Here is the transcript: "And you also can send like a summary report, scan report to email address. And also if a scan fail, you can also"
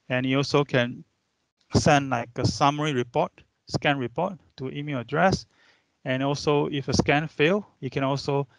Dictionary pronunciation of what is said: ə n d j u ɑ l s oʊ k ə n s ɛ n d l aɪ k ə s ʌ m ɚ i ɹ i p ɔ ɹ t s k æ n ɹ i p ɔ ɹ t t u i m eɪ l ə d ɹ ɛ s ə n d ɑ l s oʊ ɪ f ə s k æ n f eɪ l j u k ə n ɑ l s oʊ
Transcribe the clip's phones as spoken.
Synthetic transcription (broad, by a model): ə n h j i ɑ l s oʊ k ə n s ɛ n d l aɪ k ə s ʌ m ɚ i ɹ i p ɔ t s k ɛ n ɹ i p ɔ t t u i m eɪ l ə d ɹ ɛ s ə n ɑ l s oʊ ɪ f ə s k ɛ n f eɪ l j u k ə n ɑ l s oʊ